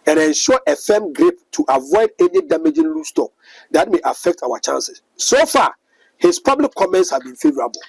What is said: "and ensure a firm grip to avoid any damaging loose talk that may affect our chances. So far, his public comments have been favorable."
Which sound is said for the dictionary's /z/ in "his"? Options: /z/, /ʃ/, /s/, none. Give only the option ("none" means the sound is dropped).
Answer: /s/